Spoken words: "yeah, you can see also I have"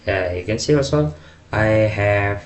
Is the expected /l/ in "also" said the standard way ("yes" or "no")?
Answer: no